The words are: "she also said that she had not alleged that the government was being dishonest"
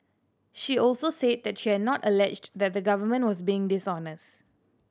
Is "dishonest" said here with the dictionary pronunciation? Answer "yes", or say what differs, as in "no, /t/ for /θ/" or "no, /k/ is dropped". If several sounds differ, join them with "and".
yes